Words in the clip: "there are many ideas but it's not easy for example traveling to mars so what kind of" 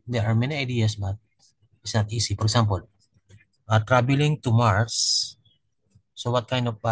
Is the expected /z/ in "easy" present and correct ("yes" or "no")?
no